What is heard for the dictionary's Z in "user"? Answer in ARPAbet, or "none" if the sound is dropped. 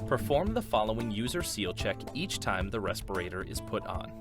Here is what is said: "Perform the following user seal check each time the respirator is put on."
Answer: Z